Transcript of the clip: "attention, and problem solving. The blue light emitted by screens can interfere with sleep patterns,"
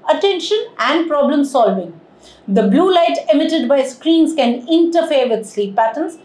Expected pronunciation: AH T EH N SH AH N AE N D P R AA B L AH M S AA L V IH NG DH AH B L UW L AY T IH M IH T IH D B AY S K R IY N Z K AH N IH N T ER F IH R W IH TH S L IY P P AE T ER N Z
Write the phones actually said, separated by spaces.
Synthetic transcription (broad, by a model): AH T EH N SH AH N AE N D P R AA B L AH M S AA L V IH NG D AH B L UW L AY T IH M IH T IH D B AY S K R IY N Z K AH N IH N T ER F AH R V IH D S L IY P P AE T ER N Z